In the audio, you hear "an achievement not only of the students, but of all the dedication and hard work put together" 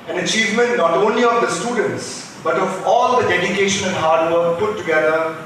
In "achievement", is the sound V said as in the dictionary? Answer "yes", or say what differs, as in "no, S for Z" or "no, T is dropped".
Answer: yes